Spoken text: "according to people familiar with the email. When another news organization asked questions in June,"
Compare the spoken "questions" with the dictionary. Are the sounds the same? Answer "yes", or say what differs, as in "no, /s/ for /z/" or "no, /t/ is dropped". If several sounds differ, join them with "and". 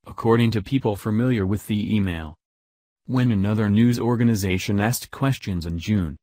yes